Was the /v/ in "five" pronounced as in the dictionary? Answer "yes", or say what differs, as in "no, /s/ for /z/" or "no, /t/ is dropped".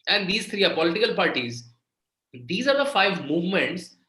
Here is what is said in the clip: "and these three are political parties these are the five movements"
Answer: yes